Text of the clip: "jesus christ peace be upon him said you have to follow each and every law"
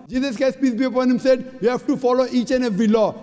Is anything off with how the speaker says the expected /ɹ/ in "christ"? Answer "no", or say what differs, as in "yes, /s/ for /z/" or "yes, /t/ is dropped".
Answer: yes, /ɹ/ is dropped